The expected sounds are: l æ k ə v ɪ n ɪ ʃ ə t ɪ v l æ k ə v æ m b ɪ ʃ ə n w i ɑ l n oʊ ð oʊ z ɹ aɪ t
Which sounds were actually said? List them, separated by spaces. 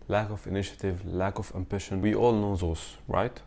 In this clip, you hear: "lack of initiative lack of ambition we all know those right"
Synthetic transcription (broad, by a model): l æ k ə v ɪ n ɪ ʃ ə t ɪ v l æ k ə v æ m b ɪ ʃ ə n w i ɑ l n oʊ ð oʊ s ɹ aɪ t